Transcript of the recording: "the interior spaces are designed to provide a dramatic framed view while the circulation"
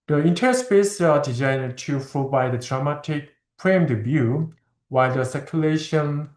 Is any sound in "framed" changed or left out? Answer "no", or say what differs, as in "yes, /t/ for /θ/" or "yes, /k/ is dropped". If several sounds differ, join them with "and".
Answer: yes, /p/ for /f/